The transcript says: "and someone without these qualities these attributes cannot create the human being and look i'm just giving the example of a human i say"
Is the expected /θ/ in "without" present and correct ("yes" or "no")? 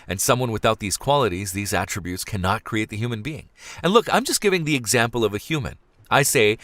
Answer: yes